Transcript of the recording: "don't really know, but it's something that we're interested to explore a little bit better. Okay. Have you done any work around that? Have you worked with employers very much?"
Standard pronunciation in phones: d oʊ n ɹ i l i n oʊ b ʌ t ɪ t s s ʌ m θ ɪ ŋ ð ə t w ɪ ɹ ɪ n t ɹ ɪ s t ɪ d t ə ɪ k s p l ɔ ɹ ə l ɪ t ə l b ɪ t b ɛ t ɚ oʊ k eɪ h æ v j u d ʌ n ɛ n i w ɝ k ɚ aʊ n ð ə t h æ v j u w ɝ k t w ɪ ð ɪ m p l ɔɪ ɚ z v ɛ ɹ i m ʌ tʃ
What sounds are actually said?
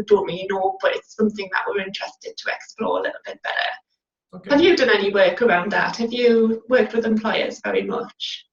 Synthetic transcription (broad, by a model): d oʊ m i i n oʊ b ʌ t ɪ t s s ʌ m θ ɪ ŋ ð ə t w ɪ ɹ ɪ n t ɹ ɪ s t ɪ d t ə ɪ k s p l ɔ ɹ ə l ɪ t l b ɪ t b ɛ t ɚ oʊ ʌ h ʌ v j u d ʌ n ɛ n i w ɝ k ɚ aʊ n ð ə t h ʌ v j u w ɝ k t w ɪ ð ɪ m p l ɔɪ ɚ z v ɛ ɹ i m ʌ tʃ